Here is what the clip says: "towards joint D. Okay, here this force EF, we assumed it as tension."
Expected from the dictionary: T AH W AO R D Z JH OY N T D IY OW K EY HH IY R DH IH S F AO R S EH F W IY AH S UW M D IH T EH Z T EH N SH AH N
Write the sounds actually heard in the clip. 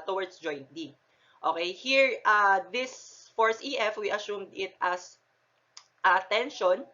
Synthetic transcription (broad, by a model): T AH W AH R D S JH OY N T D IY OW K EY HH IY R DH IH S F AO R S EH F W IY AH S UW M D IH T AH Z T EH N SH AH N